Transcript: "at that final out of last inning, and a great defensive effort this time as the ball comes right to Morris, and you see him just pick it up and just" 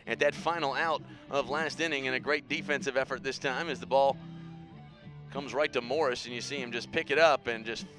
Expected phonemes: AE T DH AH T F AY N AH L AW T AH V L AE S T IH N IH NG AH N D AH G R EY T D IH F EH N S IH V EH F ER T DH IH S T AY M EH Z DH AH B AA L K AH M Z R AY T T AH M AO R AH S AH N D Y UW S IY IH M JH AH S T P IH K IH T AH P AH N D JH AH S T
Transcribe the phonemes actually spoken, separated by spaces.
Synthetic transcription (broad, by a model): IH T DH AH T F AY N L AW T AH V L AE S T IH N IH NG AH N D AH G R EY T D IH F EH N S IH V EH F ER T DH IH S T AY M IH Z DH AH B AA L K AH M Z R AY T T AH M AO R AH S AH N Y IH S IY IH M JH AH S P IH K IH T AH P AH N JH AH S T